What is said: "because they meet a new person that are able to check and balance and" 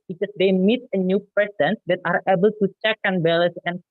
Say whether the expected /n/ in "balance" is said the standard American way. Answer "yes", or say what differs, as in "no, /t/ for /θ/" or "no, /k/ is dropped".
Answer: no, /n/ is dropped